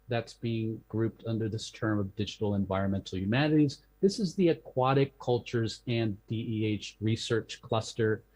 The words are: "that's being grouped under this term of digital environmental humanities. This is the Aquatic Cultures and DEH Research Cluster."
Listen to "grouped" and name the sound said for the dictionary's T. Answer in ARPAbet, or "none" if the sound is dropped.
T